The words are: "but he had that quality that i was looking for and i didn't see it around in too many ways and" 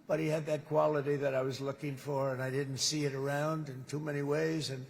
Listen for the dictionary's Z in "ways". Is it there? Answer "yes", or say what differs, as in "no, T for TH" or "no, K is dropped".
yes